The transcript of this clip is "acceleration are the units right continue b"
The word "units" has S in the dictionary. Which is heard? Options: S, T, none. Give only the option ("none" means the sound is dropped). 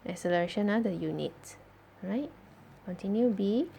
none